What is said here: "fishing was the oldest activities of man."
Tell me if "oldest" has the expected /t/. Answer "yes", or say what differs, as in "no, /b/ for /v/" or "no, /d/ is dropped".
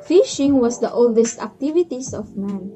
yes